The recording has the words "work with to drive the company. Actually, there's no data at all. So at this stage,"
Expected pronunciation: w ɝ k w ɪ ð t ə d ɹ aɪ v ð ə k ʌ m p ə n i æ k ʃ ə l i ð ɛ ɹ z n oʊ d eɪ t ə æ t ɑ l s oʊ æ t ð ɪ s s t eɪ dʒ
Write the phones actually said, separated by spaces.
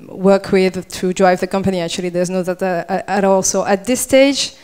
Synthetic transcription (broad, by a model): w ɝ k w ɪ ð t ə d ɹ aɪ v ð ə k ʌ m p ə n i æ k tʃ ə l i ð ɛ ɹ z n oʊ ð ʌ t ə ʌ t ɑ l s oʊ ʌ t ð ɪ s s t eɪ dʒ